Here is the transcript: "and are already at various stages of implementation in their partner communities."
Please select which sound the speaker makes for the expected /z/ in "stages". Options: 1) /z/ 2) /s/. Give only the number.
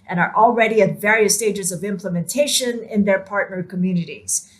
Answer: 1